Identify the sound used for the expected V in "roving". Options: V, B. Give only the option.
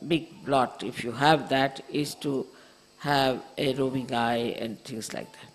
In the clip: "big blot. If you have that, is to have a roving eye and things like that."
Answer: B